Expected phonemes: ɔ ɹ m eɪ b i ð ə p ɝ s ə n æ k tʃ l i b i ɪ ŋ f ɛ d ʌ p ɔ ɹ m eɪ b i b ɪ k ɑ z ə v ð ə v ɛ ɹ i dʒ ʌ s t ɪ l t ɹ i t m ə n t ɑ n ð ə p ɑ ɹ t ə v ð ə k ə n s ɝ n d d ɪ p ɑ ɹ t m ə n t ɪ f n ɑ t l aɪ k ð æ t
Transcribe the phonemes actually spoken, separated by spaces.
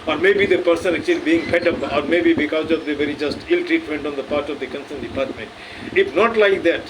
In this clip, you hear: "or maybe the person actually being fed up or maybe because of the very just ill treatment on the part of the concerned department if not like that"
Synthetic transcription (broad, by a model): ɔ ɹ m eɪ b i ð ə p ɝ s ə n æ k tʃ l i b i ɪ ŋ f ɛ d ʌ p ɔ ɹ m eɪ b i b ɪ k ɑ z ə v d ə v ɛ ɹ i dʒ ʌ s t ɪ l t ɹ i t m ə n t ɑ n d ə p ɑ ɹ t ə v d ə k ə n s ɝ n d d ɪ p ɑ ɹ t m ə n t ɪ f n ɑ t l aɪ k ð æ t